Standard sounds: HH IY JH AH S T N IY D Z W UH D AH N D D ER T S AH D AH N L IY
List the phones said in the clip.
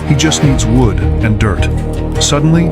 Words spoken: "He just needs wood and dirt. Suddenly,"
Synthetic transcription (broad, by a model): HH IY JH AH S T N IY D Z W UH D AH N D D ER T S AH D N L IY